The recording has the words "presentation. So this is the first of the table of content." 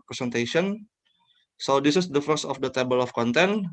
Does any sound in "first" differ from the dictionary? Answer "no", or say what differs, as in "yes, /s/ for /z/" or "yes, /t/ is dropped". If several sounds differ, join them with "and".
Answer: yes, /t/ is dropped